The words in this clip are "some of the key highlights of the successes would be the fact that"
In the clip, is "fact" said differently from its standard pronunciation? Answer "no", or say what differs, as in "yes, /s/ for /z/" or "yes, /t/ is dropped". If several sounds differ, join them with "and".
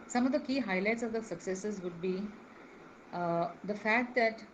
no